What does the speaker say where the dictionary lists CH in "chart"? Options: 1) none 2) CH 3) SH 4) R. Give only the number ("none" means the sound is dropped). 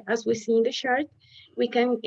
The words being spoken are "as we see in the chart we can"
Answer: 3